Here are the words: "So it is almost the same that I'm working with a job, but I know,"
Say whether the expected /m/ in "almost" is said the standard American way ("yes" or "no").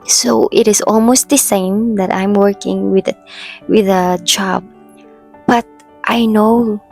yes